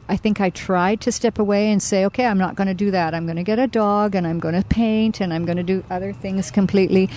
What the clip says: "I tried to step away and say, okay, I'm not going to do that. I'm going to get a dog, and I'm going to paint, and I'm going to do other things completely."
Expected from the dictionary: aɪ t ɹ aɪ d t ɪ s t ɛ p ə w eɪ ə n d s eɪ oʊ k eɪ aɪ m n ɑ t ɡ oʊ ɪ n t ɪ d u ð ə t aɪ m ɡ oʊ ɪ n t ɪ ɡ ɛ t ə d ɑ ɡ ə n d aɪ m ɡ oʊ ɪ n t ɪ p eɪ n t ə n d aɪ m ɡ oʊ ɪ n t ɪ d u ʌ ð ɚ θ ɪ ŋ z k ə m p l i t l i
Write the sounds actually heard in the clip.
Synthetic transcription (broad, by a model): aɪ t ɹ aɪ d t ɪ s t ɛ p ə w eɪ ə n s eɪ oʊ k eɪ aɪ m n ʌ t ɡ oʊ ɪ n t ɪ d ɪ ð ə t aɪ m ɡ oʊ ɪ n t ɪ ɡ ɛ t ə d ɑ ɡ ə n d aɪ m ɡ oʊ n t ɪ p eɪ n t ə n aɪ m ɡ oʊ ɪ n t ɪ d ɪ ʌ ð ɚ θ ɪ ŋ z k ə m p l i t l i